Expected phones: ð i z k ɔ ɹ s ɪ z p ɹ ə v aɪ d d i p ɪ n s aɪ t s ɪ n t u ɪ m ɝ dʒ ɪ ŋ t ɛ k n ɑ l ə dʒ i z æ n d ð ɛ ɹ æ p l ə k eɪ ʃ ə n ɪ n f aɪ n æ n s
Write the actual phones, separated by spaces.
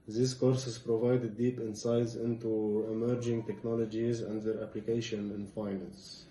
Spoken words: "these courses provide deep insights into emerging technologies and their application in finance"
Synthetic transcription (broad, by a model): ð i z k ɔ ɹ s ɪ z p ɹ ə v aɪ d d i p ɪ n s aɪ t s ɪ n t u ɪ m ɝ dʒ ɪ ŋ t ɛ k n ɑ l ə dʒ i z æ n d ð ɛ ɹ æ p l ə k eɪ ʃ ə n ɪ n f aɪ n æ n s